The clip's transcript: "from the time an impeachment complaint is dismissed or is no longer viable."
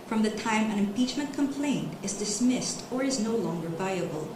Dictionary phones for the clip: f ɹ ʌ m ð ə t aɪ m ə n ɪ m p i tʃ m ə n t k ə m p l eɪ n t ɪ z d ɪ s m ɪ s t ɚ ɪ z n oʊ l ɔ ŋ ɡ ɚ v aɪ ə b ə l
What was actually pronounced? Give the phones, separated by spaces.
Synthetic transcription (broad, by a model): f ɹ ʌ m ð ə t aɪ m ə n ɪ m p i tʃ m ə n t k ə m p l eɪ n t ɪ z d ɪ s m ɪ s t ɚ ɪ z n oʊ l ɔ ŋ ɡ ɚ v aɪ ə b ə l